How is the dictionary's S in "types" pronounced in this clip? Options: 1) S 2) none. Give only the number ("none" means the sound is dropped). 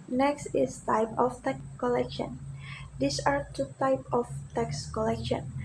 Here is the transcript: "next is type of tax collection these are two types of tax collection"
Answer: 2